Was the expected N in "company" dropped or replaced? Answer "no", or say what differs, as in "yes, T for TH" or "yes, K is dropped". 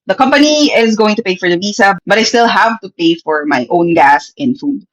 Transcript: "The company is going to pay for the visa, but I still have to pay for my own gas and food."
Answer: no